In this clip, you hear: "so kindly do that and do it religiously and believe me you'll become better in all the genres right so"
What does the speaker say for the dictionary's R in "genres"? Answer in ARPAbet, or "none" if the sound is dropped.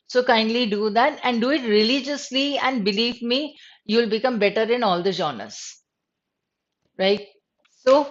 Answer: none